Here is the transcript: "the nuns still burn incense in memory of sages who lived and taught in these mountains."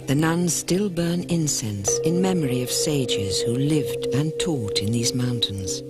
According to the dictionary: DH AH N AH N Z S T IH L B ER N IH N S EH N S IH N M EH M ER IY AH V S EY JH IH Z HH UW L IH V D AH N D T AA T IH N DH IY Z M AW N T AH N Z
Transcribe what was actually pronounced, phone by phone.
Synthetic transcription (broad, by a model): DH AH N AH N S T IH L B ER N IH N S EH N S IH N M EH M ER IY AH V S EY JH IH Z HH UW L IH V D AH N T AA T IH N DH IY Z M AW N T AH N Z